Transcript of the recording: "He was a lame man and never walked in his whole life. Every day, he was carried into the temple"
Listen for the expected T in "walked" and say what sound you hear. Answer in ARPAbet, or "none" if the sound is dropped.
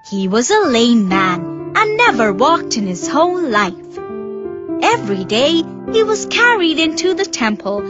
T